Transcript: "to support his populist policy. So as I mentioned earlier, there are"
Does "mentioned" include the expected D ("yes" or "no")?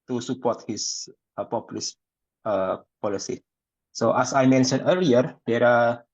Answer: no